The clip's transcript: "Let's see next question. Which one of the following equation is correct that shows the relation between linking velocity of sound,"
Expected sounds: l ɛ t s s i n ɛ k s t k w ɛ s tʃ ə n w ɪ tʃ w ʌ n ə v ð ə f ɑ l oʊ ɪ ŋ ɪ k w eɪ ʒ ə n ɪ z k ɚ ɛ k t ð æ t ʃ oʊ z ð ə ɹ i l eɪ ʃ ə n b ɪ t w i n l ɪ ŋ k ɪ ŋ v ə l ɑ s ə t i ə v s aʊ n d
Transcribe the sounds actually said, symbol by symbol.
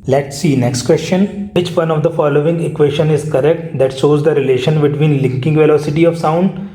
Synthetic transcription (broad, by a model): l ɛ t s s i n ɛ k s t k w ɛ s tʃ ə n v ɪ tʃ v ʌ n ə v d ə f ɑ l oʊ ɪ ŋ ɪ k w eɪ ʃ ə n ɪ z k ɚ ɛ k t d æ t ʃ oʊ z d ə ɹ i l eɪ ʃ ə n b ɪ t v i n l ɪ ŋ k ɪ ŋ v ə l ɑ s ə t i ə v s aʊ n d